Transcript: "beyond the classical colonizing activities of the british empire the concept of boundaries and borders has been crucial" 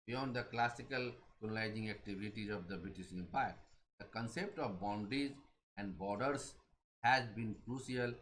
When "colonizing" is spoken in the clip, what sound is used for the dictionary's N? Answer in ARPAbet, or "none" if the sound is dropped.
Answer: L